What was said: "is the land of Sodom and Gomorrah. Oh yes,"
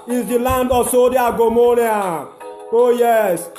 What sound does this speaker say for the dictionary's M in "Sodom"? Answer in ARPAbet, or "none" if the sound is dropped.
none